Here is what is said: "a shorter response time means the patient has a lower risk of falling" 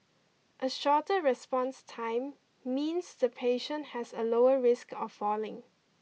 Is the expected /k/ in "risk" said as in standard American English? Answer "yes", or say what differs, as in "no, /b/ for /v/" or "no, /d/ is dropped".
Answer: yes